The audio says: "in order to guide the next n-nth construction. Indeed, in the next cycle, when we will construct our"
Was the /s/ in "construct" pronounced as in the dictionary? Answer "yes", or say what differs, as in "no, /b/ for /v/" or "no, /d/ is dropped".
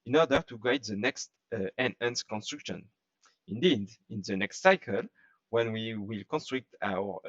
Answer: yes